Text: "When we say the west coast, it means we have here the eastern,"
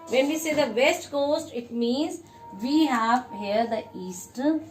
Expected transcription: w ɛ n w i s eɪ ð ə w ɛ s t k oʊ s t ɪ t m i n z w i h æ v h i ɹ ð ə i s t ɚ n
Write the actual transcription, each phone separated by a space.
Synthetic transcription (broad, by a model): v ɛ n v i s eɪ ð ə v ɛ s t k oʊ s t ɪ t m i n z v i h æ v h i ɹ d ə i s t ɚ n